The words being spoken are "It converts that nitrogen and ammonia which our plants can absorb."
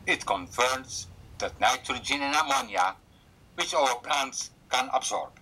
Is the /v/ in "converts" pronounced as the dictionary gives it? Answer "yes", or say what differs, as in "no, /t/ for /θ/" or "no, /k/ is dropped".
no, /f/ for /v/